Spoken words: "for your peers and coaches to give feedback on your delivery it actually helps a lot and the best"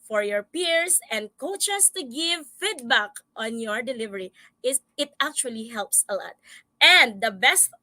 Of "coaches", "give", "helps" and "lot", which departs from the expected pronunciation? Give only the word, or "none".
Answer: coaches